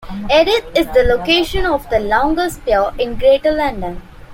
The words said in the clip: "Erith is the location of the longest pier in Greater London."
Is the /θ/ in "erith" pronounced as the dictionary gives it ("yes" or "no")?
no